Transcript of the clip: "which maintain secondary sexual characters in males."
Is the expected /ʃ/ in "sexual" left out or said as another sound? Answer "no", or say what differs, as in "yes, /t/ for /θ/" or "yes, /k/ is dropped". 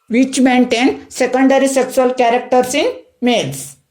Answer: yes, /s/ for /ʃ/